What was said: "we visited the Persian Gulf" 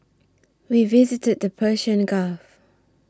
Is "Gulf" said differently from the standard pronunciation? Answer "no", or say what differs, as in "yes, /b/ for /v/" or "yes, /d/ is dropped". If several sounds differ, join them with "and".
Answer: yes, /l/ is dropped